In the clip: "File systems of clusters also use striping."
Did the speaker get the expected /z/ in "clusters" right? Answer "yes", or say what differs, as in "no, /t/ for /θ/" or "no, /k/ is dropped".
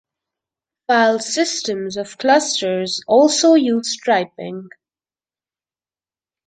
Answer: yes